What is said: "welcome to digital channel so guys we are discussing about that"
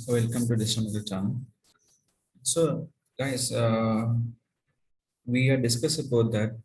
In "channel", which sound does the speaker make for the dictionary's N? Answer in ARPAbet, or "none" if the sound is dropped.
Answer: none